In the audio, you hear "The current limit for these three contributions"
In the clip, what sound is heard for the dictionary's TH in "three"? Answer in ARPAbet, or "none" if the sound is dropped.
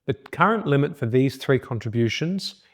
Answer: TH